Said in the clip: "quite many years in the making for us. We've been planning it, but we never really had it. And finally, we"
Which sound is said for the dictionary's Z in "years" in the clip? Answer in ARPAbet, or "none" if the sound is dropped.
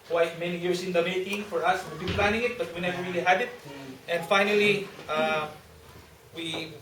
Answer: S